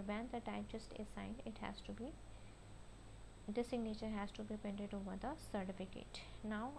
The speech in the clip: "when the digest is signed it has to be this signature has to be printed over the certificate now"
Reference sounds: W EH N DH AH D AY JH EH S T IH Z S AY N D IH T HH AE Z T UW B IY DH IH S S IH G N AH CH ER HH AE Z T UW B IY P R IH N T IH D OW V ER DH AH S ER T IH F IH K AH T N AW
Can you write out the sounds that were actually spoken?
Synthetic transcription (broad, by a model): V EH N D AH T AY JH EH S T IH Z S AY N D IH T HH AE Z T UW B IY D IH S S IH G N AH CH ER HH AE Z T UW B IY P EH N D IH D OW V ER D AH S ER T IH F IH K AH T N AW